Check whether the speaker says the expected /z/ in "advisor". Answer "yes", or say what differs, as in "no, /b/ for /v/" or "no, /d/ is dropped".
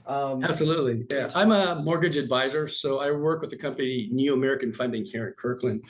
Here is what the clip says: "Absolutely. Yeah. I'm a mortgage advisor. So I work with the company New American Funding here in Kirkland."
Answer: yes